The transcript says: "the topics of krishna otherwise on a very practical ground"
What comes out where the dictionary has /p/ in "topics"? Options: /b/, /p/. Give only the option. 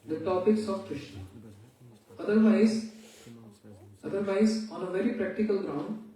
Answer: /p/